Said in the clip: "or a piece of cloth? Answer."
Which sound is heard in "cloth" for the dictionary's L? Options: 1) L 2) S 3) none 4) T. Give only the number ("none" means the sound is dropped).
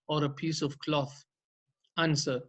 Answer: 1